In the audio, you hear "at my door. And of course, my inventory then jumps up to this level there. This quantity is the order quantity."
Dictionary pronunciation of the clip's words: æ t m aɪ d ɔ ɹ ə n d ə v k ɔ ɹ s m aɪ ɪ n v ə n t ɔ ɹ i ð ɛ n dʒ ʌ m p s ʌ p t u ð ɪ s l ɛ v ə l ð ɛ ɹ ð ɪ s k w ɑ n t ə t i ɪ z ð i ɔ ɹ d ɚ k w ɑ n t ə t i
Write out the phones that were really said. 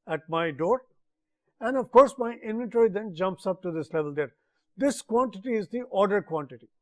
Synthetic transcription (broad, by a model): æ t m aɪ d ɔ ɹ ə n d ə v k ɔ ɹ s m aɪ ɪ n v ə n t ɔ ɹ i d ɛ n dʒ ʌ m p s ʌ p t u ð ɪ s l ɛ v ə l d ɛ ɹ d ɪ s k w ɑ n t ə t i ɪ z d i ɔ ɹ d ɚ k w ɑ n t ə t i